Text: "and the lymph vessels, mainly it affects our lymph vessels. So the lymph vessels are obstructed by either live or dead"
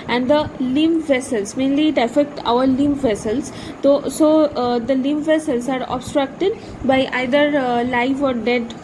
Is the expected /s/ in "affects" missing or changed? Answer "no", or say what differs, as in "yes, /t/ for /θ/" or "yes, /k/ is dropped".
yes, /s/ is dropped